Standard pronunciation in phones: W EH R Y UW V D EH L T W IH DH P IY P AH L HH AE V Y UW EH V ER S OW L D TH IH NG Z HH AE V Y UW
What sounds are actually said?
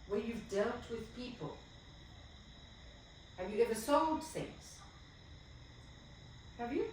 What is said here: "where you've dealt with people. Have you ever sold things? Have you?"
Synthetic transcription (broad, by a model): W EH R Y UW V D EH L T W IH DH P IY P AH L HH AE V Y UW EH V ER S OW L D TH IH NG Z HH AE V Y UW